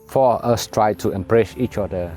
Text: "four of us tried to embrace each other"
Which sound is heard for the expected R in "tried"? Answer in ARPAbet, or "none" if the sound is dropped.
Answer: R